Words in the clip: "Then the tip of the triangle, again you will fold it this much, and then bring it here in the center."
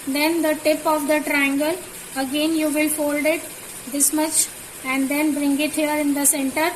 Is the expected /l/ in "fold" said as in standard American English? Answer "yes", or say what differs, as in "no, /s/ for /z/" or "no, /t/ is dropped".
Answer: yes